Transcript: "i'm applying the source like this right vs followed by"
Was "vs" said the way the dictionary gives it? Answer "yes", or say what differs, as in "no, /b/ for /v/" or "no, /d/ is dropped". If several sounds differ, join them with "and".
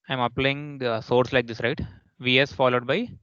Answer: yes